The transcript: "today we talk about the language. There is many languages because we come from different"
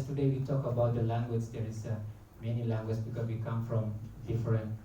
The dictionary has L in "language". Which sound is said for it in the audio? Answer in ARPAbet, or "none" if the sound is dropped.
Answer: L